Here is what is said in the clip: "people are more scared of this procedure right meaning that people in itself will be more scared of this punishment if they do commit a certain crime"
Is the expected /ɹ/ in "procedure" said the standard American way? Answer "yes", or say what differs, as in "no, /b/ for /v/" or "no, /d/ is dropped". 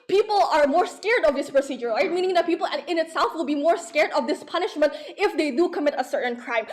yes